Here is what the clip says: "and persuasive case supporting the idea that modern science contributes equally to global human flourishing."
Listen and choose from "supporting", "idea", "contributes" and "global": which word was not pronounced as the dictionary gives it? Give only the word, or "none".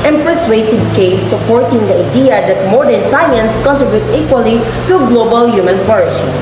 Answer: contributes